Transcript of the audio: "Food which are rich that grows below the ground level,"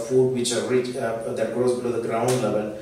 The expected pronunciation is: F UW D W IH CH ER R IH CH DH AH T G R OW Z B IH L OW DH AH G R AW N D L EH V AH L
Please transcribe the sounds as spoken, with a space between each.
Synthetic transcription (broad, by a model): F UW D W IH CH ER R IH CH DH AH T G OW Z B IH L OW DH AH G R AW N D L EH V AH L